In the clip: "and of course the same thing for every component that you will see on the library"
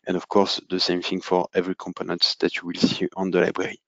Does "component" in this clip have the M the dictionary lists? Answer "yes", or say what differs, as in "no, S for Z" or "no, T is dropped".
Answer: yes